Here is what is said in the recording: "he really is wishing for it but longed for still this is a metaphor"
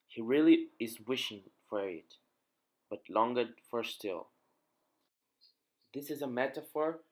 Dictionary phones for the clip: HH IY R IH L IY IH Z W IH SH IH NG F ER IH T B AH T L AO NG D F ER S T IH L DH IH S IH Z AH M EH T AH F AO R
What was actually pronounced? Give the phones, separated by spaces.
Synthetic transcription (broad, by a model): HH IY R IH L IY IH Z W IH SH IH NG F ER IH T B AH T L AO NG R F ER S T IH L DH IH S IH Z AH M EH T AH F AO R